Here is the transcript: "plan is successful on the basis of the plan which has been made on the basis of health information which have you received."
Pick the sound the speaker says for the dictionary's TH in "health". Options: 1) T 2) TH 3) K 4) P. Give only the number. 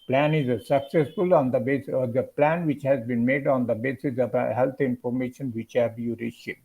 1